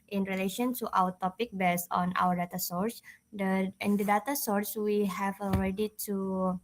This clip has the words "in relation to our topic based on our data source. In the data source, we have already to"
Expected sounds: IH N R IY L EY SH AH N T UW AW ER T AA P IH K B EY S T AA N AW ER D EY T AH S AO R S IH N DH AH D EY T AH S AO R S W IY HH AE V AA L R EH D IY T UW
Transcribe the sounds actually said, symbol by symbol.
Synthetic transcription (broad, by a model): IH N R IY L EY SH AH N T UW AW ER T AA P IH K B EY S AA N AW ER D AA T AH S AO R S IH N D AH D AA T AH S AO R S W IY HH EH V AA L R EH D IY T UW